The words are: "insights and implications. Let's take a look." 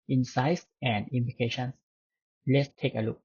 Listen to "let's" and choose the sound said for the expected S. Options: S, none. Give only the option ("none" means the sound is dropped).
S